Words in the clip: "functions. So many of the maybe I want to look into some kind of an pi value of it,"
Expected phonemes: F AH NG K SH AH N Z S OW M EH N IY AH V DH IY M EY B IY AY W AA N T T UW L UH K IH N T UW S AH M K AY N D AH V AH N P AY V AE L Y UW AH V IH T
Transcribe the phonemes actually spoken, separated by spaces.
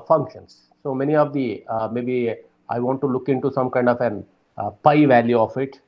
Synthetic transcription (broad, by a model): F AH NG K SH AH N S S OW M EH N IY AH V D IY M EY B IY AY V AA N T T UW L UH K IH N T UW S AH M K AY N D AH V AH N P AY V AE L Y UW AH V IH T